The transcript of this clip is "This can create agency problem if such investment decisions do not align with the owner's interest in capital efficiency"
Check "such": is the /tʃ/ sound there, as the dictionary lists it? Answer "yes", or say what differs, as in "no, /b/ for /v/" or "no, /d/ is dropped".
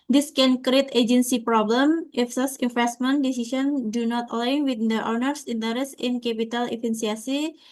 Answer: no, /s/ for /tʃ/